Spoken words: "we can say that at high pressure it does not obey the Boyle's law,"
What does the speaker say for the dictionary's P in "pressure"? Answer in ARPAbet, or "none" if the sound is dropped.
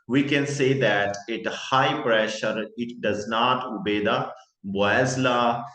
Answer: P